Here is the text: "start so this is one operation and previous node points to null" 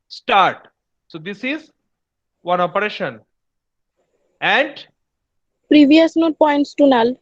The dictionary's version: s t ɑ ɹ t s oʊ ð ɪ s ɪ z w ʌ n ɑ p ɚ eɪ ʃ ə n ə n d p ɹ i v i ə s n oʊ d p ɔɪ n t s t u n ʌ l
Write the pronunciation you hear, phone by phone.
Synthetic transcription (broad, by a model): s t ɑ ɹ t s oʊ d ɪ s ɪ z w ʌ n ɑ p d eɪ ʃ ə n ə n d p ɹ i v i ə s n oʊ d p ɔɪ n t s t u n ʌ l